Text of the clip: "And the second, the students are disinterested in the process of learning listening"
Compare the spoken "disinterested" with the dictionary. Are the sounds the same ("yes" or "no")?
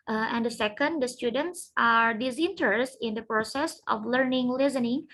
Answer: no